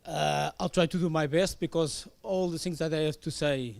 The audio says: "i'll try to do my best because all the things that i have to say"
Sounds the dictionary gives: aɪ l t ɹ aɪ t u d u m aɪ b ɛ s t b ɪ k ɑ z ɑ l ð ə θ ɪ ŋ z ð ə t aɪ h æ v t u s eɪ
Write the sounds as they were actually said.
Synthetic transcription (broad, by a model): aɪ l t ɹ aɪ t u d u m aɪ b ɛ s t b ɪ k ɑ z ɑ l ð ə θ ɪ ŋ z ð ə t aɪ h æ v t u s eɪ